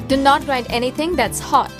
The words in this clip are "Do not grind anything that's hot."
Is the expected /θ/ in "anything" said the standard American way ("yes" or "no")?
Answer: no